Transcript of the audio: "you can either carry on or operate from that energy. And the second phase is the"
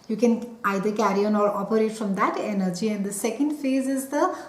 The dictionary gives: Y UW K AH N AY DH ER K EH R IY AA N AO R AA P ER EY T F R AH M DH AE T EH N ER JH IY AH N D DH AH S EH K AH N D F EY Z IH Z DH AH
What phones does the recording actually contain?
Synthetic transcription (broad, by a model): Y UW K AH N AY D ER K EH R IY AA N AO R AA P ER EY T F R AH M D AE T EH N ER JH IY AH N D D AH S EH K AH N D F EY Z IH Z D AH